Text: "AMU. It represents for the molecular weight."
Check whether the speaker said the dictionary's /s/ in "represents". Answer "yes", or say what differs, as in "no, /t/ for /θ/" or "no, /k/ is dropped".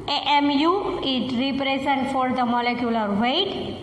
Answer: no, /s/ is dropped